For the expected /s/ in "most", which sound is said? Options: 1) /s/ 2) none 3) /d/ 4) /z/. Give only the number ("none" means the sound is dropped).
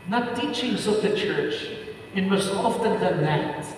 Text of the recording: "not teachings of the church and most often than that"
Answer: 2